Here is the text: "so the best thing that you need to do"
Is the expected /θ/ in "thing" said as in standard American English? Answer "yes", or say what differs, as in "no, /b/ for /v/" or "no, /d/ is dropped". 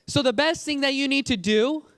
yes